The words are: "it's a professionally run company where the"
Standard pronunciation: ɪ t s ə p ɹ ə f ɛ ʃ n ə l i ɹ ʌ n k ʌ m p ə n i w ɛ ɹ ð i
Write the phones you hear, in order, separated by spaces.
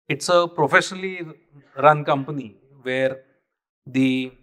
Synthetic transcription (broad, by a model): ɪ t s ə p ɹ ə f ɛ ʃ n ə l i ɹ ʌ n k ʌ m p ə n i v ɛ ɹ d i